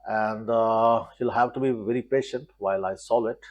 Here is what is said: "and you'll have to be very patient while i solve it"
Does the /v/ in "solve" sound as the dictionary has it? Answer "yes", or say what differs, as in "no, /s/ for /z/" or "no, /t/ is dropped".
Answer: no, /v/ is dropped